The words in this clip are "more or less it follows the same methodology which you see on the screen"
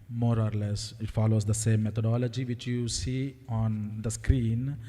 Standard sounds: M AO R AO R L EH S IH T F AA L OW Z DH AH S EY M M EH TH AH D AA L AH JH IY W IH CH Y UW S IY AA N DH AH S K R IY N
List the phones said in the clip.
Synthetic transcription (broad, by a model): M AO R AO R L EH S IH T F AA L OW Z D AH S EY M M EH T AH D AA L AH JH IY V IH CH Y UW S IY AA N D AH S K R IY N